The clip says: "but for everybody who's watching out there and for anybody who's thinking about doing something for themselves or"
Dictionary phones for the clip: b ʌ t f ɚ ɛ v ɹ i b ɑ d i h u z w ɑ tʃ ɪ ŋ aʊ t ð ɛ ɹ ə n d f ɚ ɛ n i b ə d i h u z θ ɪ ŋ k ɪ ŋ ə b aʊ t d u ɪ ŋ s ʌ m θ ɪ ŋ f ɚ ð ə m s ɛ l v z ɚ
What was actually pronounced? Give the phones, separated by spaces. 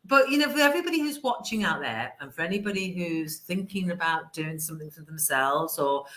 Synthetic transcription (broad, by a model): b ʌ t f ɚ ɛ v ɹ i b ɑ d i h u z w ɑ tʃ ɪ ŋ aʊ t ð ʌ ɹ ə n f ɚ ɛ n i b ə d i h u z θ ɪ ŋ k ɪ ŋ ə b aʊ t d u ɪ ŋ s ʌ m θ ɪ ŋ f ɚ ð ə m s ɛ l v z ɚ